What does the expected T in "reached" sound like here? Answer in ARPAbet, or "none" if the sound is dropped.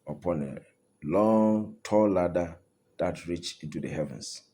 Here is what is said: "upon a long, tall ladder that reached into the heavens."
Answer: none